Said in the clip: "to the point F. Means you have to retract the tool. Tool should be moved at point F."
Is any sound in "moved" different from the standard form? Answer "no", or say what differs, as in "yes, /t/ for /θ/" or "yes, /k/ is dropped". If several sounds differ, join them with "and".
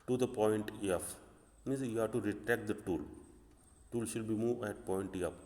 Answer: yes, /d/ is dropped